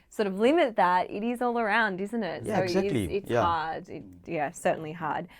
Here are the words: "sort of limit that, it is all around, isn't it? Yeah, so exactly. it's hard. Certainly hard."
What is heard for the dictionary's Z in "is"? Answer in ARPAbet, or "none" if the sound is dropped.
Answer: Z